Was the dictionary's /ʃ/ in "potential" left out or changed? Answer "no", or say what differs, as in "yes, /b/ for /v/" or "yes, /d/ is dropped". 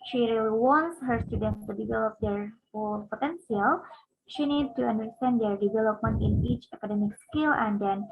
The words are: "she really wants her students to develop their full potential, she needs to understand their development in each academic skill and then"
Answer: yes, /s/ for /ʃ/